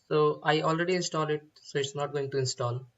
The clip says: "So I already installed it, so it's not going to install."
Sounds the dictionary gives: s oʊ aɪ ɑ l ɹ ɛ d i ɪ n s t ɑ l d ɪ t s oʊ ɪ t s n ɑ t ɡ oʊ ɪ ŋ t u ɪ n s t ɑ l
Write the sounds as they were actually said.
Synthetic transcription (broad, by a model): s oʊ aɪ ɑ l ɹ ɛ d i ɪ n s t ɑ l ɪ t s oʊ ɪ t s n ɑ t ɡ oʊ ɪ ŋ t u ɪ n s t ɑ l